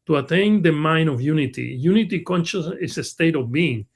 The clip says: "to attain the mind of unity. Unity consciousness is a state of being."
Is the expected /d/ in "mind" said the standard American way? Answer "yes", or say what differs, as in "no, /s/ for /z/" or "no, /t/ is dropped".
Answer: no, /d/ is dropped